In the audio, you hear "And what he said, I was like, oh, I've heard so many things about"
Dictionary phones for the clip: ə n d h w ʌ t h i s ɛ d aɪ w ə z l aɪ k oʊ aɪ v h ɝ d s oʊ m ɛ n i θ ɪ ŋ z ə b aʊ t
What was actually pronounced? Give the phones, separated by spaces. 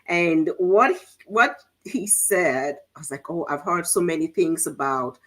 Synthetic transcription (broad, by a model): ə n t h w ʌ t h i s ɛ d aɪ w ə z l aɪ k oʊ aɪ v h ɝ d s oʊ m ɛ n i θ ɪ ŋ z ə b aʊ t